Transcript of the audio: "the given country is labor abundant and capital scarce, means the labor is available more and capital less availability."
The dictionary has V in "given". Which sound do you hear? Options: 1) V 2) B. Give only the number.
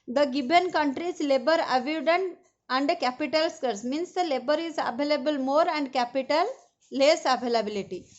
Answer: 2